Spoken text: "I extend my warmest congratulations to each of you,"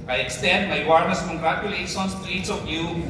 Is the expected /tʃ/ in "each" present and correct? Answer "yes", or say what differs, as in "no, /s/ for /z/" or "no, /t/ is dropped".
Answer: no, /s/ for /tʃ/